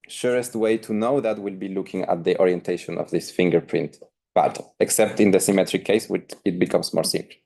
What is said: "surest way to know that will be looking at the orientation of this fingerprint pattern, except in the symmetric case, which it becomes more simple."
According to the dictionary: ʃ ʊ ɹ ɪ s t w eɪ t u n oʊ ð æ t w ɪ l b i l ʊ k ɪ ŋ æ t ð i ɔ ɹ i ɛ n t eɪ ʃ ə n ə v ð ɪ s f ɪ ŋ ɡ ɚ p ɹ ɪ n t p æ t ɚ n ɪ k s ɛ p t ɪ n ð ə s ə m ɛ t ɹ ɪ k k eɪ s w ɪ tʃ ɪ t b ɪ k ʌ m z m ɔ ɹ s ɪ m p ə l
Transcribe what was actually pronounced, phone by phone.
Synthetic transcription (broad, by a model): ʃ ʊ ɹ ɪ s t w eɪ t u n oʊ ð æ t w ɪ l b i l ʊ k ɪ ŋ æ t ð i ɔ ɹ i ɛ n t eɪ ʃ ə n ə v ð ɪ s f ɪ ŋ ɡ ɚ p ɹ ɪ n t b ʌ t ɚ ɪ k s ɛ p t ɪ n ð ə s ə m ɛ t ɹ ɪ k k eɪ s w ɪ tʃ ɪ t b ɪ k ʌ m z m ɔ ɹ s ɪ m p l